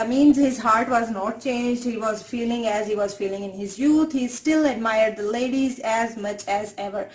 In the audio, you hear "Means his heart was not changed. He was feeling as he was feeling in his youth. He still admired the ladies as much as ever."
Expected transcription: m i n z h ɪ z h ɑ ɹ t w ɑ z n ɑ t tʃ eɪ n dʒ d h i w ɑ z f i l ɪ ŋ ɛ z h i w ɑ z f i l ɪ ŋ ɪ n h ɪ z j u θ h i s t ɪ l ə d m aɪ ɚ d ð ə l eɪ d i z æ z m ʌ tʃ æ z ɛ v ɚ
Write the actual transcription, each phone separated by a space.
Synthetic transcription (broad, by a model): m i n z h ɪ z h ɑ ɹ t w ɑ z n ɑ t tʃ eɪ n dʒ d h i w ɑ z f i l ɪ ŋ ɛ z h i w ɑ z f i l ɪ ŋ ɪ n h ɪ z j u t h i s t ɪ l ə d m aɪ ɚ d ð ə l eɪ d i z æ z m ʌ tʃ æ z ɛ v ɚ